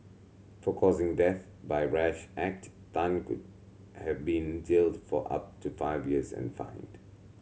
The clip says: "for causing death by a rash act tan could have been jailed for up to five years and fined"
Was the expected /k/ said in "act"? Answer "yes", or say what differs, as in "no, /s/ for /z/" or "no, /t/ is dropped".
yes